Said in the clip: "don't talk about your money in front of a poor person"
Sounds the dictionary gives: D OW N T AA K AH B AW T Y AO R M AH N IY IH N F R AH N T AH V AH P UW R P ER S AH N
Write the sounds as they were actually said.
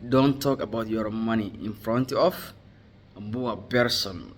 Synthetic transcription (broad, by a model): D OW N T AA K AH B AW T Y AO R M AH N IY IH N F R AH N T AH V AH B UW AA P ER S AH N